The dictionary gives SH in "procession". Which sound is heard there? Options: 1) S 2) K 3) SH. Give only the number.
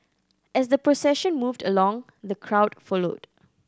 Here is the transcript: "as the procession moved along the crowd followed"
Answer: 3